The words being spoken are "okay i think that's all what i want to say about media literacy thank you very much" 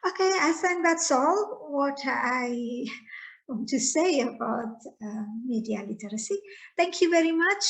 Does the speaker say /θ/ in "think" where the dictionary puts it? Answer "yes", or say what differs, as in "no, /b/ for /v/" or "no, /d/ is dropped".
no, /s/ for /θ/